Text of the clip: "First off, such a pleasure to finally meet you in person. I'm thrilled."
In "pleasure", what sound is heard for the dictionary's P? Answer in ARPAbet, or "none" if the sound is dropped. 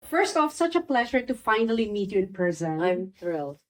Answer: P